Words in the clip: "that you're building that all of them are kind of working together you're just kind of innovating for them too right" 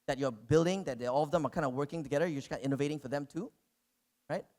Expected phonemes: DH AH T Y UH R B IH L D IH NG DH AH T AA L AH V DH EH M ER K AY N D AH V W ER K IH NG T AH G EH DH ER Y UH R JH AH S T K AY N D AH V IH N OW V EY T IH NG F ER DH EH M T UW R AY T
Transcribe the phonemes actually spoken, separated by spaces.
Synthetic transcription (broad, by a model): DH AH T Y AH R B IH L D IH NG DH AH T AA L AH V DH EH M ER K AY N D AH W ER K IH NG T AH G EH DH ER Y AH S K AY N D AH IH N OW V EY T IH NG F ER DH EH M T UW R AY T